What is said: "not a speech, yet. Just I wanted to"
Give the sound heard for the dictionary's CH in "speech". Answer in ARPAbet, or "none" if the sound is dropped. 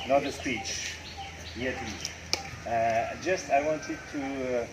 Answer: CH